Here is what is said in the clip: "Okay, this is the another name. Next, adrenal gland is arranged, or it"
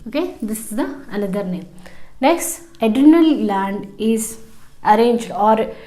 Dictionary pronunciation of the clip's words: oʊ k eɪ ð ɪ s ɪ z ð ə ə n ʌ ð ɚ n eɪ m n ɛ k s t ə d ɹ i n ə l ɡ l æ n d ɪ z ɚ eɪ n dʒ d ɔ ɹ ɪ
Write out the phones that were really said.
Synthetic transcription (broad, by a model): oʊ k eɪ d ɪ s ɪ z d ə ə n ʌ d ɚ n eɪ m n ɛ k s t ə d i n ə l l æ n d ɪ z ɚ eɪ n dʒ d ɔ ɹ